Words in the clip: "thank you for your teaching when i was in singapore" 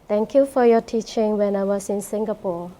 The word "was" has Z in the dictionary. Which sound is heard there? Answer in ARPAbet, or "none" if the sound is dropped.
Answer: S